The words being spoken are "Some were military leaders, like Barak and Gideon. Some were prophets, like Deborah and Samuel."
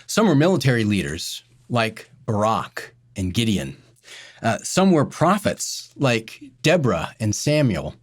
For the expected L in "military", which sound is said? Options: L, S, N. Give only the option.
L